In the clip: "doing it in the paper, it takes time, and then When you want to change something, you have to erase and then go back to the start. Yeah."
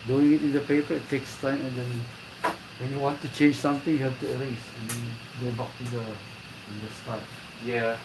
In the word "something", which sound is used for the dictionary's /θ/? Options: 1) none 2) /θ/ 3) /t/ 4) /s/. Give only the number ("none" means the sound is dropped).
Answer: 3